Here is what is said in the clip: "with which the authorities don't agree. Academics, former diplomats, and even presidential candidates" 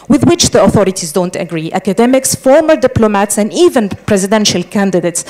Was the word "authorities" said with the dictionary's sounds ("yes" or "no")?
yes